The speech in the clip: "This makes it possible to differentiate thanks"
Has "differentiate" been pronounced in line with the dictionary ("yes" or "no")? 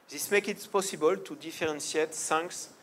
no